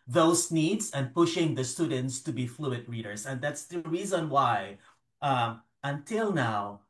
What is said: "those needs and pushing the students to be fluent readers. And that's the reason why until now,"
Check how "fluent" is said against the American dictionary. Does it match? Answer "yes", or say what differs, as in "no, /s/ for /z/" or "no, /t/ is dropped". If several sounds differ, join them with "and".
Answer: no, /n/ is dropped